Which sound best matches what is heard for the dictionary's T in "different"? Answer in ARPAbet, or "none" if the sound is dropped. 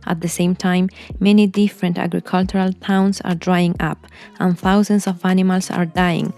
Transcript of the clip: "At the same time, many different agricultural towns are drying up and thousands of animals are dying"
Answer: T